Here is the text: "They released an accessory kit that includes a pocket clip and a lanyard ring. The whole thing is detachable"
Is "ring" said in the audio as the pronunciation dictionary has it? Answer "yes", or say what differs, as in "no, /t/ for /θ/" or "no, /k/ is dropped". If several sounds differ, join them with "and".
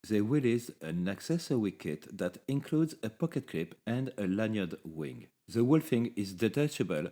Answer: no, /w/ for /ɹ/